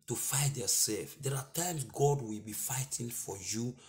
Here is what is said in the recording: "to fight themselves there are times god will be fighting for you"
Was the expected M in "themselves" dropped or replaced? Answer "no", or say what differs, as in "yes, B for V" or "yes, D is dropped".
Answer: yes, M is dropped